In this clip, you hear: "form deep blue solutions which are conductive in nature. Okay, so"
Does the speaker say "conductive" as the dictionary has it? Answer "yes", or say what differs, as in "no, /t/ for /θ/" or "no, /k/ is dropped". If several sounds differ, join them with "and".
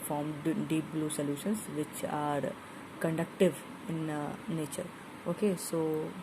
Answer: yes